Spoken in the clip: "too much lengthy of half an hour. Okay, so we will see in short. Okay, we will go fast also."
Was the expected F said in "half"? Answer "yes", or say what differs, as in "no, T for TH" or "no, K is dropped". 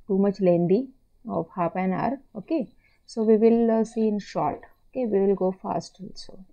no, P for F